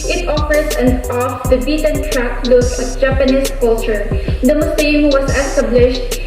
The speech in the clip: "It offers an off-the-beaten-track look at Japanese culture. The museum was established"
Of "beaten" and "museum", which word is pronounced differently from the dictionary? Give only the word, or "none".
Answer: museum